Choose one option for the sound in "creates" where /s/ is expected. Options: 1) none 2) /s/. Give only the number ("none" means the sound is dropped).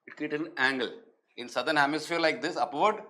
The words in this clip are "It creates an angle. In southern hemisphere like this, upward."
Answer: 1